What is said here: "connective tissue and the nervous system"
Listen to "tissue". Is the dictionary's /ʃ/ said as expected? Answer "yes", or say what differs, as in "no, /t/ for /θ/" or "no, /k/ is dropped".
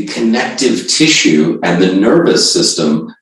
yes